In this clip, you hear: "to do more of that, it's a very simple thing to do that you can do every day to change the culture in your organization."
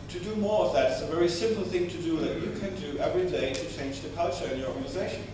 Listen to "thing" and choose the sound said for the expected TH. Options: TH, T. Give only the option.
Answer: TH